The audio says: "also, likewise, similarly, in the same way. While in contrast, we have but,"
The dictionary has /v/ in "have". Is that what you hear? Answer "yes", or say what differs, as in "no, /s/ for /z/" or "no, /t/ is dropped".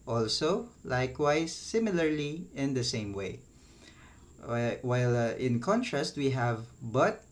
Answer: yes